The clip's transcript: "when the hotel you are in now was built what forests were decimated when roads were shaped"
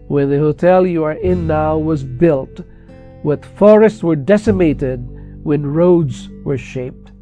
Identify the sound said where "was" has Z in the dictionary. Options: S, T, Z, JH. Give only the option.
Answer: Z